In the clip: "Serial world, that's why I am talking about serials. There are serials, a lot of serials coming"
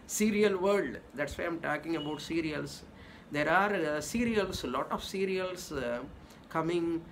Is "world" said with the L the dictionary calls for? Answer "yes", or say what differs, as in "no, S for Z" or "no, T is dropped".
no, L is dropped